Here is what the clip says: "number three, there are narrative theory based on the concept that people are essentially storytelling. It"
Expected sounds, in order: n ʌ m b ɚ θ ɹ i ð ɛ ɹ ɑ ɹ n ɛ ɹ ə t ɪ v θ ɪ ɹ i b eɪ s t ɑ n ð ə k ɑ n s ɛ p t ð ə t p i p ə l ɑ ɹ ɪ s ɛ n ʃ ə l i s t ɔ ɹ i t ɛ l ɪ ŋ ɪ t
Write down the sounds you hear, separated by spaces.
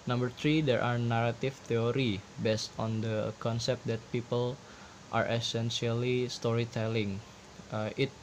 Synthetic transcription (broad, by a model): n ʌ m b ɚ t ɹ i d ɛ ɹ ɑ ɹ n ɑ ɹ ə t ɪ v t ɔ ɹ i b eɪ s t ɑ n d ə k ɑ n s ɛ p t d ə t p i p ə l ɑ ɹ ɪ s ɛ n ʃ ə l i s t ɔ ɹ i t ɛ l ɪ ŋ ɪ t